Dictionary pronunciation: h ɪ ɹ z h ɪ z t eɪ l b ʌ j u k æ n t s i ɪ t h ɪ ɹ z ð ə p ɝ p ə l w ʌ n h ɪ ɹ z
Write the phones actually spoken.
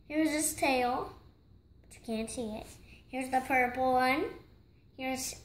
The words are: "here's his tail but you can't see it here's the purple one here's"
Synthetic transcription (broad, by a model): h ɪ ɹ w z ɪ s t eɪ l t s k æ n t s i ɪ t h ɪ ɹ z ð ə p ɝ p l w ʌ n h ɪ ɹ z